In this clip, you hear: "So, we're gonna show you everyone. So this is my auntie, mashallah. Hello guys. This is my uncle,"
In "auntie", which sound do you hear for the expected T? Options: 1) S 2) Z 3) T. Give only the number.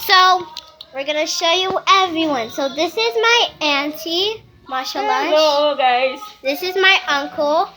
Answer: 3